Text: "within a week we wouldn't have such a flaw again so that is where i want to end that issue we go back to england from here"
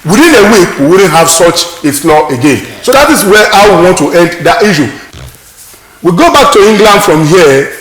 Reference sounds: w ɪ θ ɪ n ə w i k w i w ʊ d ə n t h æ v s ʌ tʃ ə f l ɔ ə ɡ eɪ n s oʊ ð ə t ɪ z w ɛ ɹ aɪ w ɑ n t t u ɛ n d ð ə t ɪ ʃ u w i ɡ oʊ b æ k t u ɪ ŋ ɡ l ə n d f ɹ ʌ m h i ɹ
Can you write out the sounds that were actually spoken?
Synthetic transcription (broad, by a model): w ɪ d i n ə w i k w i w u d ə n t h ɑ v s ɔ tʃ ə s l ɔ ə ɡ eɪ n s oʊ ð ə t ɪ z w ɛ w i w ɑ n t t u ɛ n d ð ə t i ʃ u w i ɡ oʊ b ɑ k t u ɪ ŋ ɡ l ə n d f ɹ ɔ m h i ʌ